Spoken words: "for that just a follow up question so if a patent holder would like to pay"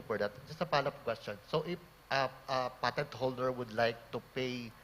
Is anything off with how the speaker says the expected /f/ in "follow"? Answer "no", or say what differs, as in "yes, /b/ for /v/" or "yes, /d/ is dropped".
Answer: yes, /p/ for /f/